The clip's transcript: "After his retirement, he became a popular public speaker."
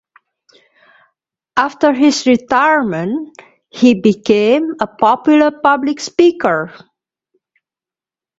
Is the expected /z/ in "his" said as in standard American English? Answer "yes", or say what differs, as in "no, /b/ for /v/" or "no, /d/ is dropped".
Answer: no, /s/ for /z/